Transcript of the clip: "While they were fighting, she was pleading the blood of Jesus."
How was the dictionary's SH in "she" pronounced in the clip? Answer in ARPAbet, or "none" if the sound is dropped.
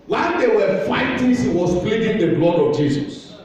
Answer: S